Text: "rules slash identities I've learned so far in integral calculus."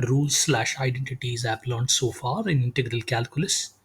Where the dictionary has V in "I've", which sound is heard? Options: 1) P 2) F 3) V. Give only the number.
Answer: 1